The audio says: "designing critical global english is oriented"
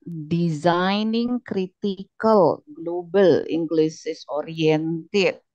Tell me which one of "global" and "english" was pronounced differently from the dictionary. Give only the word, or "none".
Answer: english